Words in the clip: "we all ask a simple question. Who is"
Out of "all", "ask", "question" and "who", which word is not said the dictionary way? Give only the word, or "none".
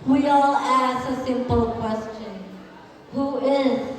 ask